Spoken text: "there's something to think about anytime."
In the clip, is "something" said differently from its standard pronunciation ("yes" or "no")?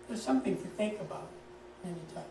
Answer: no